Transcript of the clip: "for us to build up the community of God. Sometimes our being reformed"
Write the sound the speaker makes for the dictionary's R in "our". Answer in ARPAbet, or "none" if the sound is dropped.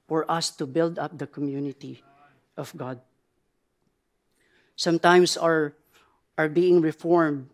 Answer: R